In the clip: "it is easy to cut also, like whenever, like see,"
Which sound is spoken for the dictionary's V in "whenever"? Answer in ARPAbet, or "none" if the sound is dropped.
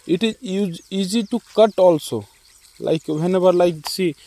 B